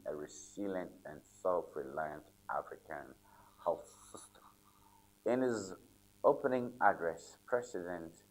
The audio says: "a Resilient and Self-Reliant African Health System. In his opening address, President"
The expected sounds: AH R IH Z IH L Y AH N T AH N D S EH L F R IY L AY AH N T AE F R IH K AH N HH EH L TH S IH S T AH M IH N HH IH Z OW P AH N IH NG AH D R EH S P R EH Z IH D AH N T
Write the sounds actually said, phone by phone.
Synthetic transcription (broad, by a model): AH R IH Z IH L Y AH N T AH N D S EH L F R IY L AY AH N T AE F R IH K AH N HH EH L TH S IH S T AH M IH N HH IH Z OW P AH N IH NG AH D R EH S P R EH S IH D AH N T